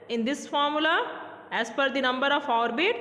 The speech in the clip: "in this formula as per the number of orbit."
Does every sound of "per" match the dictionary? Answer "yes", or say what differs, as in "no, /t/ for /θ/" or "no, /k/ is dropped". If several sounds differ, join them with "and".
no, /f/ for /p/